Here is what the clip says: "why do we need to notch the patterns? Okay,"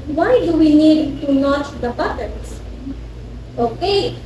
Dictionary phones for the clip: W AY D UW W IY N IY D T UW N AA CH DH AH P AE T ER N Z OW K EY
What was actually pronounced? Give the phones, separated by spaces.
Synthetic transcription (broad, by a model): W AY D UW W IY N IY D T UW N AA CH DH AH B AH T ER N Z OW K EY